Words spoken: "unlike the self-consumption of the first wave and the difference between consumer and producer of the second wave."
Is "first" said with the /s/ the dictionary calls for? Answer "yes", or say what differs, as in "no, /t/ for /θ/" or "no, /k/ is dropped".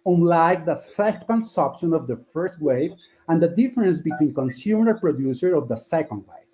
yes